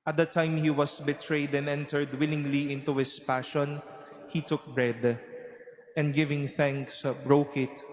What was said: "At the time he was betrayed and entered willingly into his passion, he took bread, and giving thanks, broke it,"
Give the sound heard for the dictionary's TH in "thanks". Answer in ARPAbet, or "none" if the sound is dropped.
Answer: TH